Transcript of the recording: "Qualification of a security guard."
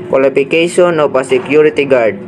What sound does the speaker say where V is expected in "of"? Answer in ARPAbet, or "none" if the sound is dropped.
P